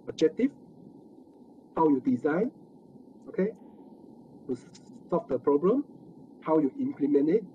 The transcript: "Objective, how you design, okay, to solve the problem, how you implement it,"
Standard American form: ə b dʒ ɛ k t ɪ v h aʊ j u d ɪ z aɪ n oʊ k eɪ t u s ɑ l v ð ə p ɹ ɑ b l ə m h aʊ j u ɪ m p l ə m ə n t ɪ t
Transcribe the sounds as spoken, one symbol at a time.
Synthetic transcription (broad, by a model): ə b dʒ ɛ k t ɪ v h aʊ j u d ɪ z aɪ n oʊ k eɪ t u s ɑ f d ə p ɹ ɑ b l ə m h aʊ j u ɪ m p l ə m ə n ɪ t